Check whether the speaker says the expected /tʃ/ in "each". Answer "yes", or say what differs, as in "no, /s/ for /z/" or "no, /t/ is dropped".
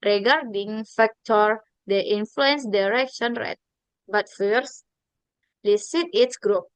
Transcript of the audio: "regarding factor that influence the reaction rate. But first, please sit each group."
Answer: no, /s/ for /tʃ/